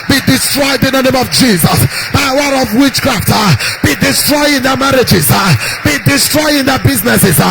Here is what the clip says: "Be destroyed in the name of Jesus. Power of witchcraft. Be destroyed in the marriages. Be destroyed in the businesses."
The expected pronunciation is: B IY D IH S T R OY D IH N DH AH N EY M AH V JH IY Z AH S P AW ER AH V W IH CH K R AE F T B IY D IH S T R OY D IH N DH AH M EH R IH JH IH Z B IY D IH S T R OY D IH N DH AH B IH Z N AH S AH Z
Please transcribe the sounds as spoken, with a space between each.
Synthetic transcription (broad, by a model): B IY D IH S T R OY D IH N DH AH N EY M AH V JH IY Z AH S B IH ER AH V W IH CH K R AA F T B IY D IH S T R OY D IH N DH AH M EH R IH JH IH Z B IY D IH S T R OY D IH N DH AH B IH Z N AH S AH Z